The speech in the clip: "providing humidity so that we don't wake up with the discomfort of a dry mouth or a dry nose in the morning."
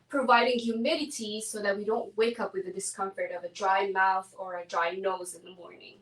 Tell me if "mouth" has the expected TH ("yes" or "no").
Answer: yes